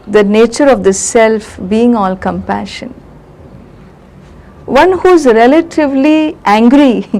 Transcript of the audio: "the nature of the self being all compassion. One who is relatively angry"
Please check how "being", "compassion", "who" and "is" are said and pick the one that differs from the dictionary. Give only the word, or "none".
none